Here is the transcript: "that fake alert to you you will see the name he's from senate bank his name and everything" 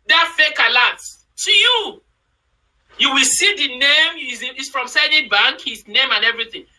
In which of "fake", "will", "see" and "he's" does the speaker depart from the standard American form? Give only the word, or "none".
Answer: he's